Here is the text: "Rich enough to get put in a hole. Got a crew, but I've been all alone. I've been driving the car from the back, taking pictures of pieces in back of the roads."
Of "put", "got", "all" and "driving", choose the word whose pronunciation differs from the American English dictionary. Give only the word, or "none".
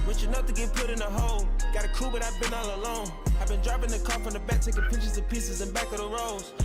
driving